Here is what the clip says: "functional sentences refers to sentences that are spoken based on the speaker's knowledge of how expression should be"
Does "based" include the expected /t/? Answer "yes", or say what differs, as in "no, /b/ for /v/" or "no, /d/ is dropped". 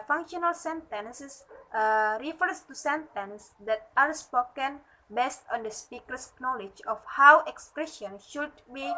yes